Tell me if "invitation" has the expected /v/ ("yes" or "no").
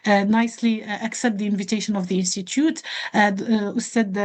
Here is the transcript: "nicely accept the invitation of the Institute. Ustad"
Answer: yes